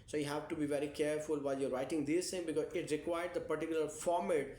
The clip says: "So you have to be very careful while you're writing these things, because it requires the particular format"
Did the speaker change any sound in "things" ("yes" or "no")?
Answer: yes